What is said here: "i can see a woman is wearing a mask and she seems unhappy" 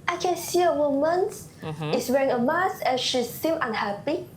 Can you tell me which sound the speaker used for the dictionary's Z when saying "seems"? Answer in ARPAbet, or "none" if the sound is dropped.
none